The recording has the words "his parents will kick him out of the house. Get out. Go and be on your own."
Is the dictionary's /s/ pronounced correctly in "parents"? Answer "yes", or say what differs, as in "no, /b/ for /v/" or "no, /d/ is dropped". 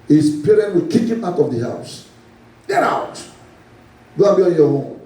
no, /s/ is dropped